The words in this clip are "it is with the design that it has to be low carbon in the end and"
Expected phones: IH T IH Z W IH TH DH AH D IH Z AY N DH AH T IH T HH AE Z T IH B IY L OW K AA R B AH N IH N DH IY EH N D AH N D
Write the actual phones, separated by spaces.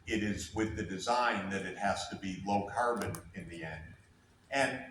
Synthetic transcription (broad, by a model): IH T IH Z W IH DH AH D IH Z AY N DH AH T IH T HH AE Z T IH B IY L OW K AA R B AH N IH N DH IY EH N D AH N